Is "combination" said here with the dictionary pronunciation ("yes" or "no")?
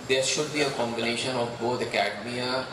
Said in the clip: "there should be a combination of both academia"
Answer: yes